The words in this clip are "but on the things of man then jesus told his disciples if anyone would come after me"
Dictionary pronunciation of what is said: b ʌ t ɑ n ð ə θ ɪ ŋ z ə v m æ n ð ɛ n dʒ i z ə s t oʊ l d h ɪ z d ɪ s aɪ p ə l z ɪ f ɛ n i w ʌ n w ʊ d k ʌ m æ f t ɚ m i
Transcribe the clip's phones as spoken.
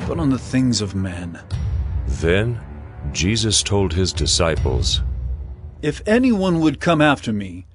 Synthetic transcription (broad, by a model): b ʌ t n ð ə θ ɪ ŋ z ə v m æ n ð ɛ n dʒ i z ə s t oʊ l d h ɪ z d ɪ s aɪ p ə l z ɪ f ɛ n i w ʌ n w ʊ d k ʌ m æ f t ɚ m i